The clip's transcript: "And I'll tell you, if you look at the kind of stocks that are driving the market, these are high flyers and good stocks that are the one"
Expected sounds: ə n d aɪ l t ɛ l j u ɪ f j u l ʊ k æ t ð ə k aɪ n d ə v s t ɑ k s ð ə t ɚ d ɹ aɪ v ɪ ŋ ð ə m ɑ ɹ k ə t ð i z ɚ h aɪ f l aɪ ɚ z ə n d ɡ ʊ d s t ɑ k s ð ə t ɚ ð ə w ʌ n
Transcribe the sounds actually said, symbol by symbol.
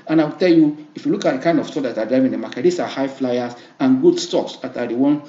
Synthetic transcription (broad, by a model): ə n aɪ w t ɛ l j u ɪ f j u l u k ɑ t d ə k aɪ n d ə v s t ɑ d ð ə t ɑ d ɹ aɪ v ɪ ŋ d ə m ɑ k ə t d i s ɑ h aɪ f l aɪ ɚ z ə n ɡ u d s t ɑ k s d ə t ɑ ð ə w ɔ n